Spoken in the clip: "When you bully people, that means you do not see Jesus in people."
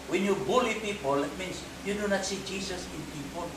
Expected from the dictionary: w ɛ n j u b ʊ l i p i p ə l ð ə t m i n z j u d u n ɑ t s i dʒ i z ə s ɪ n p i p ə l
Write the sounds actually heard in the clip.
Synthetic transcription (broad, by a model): w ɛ n j u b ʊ l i p i p ə l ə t m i n s j u d u n ɑ t s i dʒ i s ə s ɪ n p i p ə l